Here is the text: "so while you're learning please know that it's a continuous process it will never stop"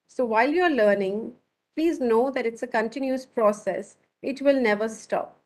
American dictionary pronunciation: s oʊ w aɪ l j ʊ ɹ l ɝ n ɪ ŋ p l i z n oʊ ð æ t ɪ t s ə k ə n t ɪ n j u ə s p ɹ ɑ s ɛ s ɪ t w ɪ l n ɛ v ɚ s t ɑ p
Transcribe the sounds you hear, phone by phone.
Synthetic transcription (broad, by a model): s oʊ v aɪ l j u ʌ l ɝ n ɪ ŋ p l i z n oʊ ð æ t ɪ t s ə k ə n t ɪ n j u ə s p ɹ ɑ s ɛ s ɪ t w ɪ l n ɛ v ɚ s t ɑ p